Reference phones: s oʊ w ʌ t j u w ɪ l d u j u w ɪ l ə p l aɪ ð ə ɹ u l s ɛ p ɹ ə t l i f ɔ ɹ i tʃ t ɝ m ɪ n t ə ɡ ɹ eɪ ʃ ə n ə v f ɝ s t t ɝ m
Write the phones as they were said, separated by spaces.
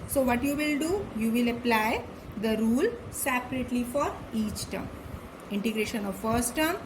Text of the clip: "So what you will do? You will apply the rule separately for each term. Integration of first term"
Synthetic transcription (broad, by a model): s oʊ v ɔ t j u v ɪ l d u j u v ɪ l ə p l aɪ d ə ɹ u l s ɛ p ɹ ə t l i f ɔ ɹ i tʃ t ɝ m ɪ n t ə ɡ ɹ eɪ ʃ ə n ə v f ɝ s t t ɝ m